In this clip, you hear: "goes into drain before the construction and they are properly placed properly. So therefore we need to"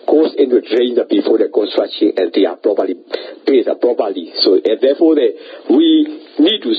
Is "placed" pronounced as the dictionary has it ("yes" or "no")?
no